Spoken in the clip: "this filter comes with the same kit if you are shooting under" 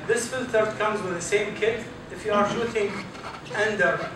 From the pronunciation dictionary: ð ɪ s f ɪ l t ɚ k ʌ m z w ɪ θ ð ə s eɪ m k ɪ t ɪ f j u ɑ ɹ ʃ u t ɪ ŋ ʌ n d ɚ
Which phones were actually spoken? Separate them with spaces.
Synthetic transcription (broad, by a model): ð ɪ s f ɪ l t ɚ k ʌ m z w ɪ ð ə s eɪ m k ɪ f ɪ f j u ɑ ɹ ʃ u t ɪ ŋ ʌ n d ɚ